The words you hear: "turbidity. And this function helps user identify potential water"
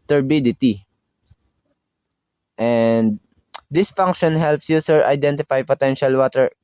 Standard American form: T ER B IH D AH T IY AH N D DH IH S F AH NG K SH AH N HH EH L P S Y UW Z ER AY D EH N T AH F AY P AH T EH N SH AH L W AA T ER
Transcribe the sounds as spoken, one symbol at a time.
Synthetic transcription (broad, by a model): T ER B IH D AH T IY AH N D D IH S F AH NG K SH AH N HH EH L P S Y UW S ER AY D EH N T AH F AY P AH T EH N SH AH L W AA T ER